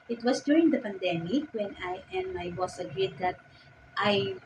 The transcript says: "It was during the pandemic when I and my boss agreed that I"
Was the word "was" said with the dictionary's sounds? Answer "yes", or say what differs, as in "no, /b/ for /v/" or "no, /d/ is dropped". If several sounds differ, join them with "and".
no, /s/ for /z/